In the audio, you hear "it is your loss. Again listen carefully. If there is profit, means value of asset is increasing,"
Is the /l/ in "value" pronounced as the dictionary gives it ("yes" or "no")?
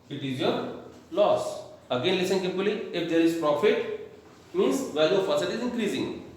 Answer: no